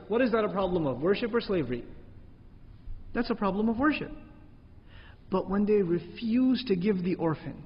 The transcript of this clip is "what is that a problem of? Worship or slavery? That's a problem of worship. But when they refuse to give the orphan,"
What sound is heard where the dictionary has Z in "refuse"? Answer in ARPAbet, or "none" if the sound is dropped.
Z